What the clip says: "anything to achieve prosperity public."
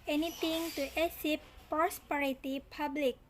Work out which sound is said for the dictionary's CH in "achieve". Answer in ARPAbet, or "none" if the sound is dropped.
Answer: S